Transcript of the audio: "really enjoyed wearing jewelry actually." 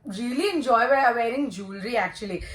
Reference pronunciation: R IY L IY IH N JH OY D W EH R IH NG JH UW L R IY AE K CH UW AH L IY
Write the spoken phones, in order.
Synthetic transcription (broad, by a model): R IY L IY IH N JH OY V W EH R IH NG JH UW L R IY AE K CH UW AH L IY